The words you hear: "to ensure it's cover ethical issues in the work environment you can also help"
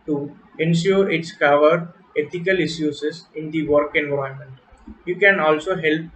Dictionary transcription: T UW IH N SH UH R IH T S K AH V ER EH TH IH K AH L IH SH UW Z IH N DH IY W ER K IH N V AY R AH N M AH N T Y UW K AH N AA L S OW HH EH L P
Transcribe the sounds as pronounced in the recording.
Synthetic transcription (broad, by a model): T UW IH N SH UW R IH T S K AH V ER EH T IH K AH L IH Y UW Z IH N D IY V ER K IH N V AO AH M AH N T Y UW K AH N AA L S OW HH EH L P